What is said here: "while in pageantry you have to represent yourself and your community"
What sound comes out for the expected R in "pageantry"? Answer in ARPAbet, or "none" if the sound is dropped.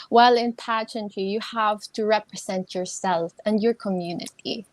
none